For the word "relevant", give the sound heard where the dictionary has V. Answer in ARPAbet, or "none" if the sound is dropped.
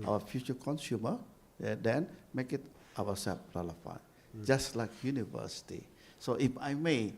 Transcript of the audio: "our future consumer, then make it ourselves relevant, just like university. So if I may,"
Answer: F